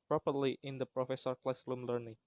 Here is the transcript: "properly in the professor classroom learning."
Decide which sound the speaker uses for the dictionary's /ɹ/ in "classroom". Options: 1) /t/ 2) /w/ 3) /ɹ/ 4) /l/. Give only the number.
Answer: 4